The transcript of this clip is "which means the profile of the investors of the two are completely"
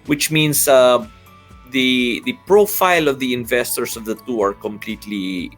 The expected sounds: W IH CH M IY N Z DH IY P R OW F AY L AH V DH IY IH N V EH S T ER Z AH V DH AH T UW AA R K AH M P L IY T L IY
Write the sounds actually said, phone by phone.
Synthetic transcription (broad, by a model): W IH CH M IY N S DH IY P R OW F AY L AH V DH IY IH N V EH S T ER S AH V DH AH T UW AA R K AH M P L IY T L IY